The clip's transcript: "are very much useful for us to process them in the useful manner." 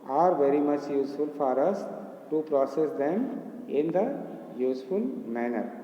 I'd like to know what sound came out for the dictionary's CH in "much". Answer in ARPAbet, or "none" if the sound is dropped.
CH